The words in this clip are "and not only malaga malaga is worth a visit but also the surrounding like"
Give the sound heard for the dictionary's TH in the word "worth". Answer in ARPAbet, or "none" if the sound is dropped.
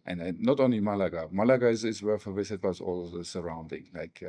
F